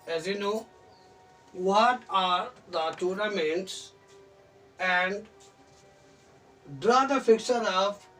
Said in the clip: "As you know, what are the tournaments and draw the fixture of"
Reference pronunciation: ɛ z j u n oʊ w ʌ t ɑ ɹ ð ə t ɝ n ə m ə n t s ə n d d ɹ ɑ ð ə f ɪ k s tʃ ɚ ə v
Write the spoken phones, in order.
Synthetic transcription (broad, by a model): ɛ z j u n oʊ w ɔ t ɑ ɹ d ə t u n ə m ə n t s ə n d d ɹ ɑ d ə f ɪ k tʃ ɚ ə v